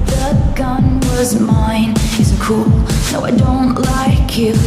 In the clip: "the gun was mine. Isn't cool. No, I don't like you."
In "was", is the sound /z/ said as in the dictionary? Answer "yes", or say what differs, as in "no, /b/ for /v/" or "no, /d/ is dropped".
yes